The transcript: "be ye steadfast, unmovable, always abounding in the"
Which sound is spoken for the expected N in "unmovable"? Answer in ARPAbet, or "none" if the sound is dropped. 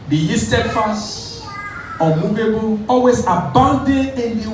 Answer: none